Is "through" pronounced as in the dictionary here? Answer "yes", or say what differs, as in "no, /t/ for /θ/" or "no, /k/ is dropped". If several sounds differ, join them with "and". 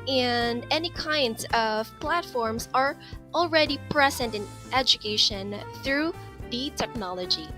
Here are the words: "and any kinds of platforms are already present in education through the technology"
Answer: yes